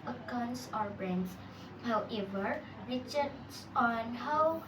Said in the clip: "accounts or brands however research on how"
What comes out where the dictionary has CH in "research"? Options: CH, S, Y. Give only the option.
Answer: S